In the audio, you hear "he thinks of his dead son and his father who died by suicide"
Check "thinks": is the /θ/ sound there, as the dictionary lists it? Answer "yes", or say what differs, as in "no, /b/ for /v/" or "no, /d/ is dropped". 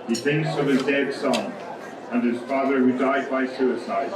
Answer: yes